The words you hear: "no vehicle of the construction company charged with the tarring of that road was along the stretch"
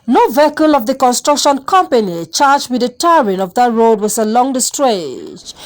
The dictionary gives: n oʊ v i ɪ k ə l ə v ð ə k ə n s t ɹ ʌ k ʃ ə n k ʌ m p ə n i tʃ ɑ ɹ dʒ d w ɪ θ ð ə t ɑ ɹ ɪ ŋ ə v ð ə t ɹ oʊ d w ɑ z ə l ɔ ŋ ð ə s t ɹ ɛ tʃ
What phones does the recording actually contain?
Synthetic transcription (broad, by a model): n oʊ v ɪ k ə l ə v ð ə k ə n s t ɹ ʌ k ʃ ə n k ʌ m p ə n i tʃ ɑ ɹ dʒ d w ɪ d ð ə t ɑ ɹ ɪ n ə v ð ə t ɹ oʊ d w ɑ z ə l ɔ ŋ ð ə s t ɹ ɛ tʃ